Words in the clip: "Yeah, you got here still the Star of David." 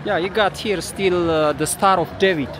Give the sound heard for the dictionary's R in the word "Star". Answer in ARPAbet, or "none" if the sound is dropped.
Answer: R